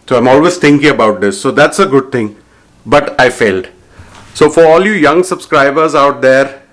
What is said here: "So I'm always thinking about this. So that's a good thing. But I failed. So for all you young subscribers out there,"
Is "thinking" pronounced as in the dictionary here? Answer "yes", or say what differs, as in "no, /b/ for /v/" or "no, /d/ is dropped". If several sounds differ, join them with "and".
no, /t/ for /θ/